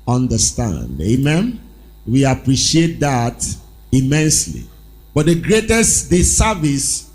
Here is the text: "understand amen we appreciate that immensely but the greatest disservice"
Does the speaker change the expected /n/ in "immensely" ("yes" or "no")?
no